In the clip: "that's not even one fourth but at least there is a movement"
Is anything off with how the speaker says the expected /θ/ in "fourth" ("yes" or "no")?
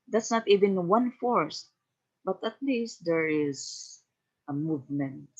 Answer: yes